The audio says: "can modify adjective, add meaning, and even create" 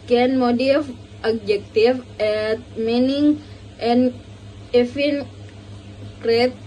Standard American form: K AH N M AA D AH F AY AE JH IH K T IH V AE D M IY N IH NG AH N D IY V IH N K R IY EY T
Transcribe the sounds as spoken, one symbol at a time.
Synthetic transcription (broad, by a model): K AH N M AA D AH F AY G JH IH K T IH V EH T M IY N IH NG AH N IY F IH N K R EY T